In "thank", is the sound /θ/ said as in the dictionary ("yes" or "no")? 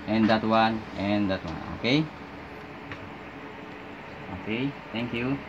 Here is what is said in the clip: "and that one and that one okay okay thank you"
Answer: no